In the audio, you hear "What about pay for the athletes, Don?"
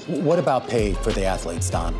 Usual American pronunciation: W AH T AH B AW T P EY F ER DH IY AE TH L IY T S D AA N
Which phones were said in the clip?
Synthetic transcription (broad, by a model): W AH T AH B AW T P EY F ER DH IY AE TH L IY T S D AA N